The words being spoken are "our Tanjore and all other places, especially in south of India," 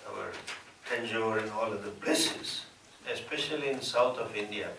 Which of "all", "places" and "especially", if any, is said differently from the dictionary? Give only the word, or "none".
places